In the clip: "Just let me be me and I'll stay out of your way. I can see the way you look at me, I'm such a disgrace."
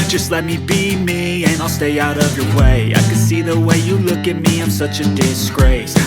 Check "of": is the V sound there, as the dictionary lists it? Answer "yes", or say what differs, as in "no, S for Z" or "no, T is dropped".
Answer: yes